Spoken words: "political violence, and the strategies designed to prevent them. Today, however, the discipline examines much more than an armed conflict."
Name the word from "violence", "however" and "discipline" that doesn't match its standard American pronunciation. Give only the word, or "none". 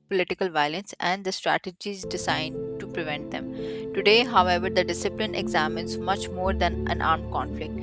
none